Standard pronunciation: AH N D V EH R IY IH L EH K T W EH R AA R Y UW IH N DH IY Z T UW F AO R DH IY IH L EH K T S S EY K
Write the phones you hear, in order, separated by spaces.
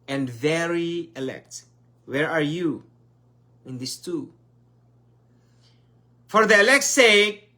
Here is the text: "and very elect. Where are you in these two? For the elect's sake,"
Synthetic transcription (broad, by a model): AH N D V EH R IY IH L EH K T W EH R AA R Y UW IH N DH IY S T UW F AO R DH IY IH L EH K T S S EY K